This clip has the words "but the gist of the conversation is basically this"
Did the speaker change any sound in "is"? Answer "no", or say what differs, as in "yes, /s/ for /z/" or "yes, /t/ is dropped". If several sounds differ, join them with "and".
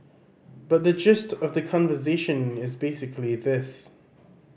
no